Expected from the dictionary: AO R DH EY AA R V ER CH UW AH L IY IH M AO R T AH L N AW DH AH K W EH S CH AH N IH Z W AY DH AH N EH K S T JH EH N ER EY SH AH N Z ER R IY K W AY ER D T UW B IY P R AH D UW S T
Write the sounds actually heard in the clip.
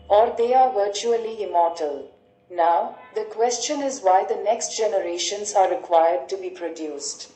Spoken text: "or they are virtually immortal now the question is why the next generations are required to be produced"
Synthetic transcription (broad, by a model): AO R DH EY AA R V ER CH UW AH L IY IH M AO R T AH L N AW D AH K W EH S CH AH N IH Z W AY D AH N EH K S T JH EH N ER EY SH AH N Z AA R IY K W AY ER D T UW B IY P R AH D UW S T